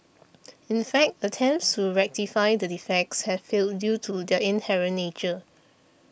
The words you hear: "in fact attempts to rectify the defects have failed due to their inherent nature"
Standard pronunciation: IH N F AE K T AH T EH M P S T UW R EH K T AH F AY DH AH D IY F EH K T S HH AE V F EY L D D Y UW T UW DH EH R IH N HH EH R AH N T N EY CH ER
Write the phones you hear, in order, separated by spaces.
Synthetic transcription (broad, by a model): IH N F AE K T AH T EH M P S T UW R EH K T AH F AY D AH D IY F EH K T S HH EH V F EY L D D Y UW T UW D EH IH N HH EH R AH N N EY CH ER